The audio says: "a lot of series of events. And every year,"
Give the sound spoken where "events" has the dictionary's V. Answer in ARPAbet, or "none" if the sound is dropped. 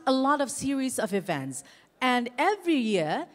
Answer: V